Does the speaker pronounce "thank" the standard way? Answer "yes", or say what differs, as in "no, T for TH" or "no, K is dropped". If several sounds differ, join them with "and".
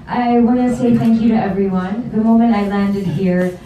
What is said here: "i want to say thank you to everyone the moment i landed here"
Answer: yes